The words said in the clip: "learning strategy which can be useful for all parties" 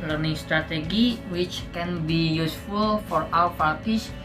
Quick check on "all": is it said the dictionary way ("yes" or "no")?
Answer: no